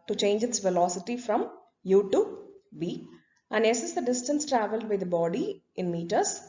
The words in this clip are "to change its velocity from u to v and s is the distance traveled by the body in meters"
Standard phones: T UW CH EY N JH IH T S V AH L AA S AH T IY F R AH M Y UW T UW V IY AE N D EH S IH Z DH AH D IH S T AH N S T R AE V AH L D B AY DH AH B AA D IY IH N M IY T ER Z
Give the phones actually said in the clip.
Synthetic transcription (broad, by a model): T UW CH EY N JH IH T S V AH L AA S AH T IY F R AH M Y UW T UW B IY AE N D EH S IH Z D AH D IH S T AH N S T R AE V AH L D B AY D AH B AA D IY IH N M IY T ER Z